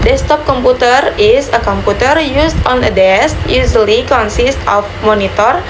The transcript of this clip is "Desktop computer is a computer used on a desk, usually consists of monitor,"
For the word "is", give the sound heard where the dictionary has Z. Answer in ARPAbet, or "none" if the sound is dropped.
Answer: S